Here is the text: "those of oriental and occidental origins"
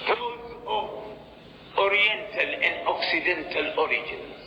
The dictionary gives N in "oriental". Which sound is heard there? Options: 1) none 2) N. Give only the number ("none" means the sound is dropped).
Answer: 2